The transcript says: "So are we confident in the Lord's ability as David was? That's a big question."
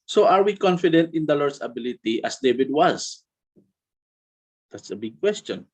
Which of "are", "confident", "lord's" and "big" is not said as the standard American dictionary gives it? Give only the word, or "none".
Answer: lord's